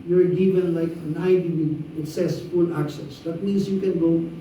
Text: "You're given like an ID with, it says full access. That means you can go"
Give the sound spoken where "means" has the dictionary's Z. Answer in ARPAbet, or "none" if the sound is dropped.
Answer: S